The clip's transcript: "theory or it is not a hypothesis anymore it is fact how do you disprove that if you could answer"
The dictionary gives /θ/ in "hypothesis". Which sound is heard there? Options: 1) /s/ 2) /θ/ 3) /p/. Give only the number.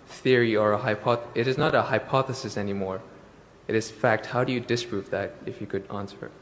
2